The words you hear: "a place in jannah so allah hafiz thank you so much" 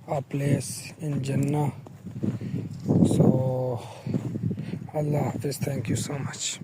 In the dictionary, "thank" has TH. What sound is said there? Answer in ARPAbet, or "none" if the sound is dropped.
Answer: T